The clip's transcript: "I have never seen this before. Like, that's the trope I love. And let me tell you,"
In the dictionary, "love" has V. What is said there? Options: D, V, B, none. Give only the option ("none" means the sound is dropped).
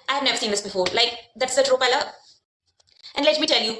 none